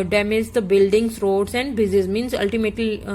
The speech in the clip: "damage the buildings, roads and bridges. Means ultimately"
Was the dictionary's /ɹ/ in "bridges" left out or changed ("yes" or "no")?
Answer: yes